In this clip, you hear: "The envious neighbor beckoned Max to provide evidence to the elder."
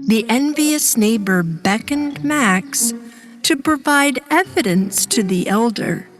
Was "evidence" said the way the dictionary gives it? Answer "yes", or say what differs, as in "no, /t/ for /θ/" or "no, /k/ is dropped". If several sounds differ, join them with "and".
yes